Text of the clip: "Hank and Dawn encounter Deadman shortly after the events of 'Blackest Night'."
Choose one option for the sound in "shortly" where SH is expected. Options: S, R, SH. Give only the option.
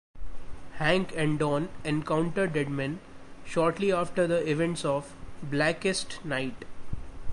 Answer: SH